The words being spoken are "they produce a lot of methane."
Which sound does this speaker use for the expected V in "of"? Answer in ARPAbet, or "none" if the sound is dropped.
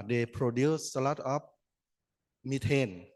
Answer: P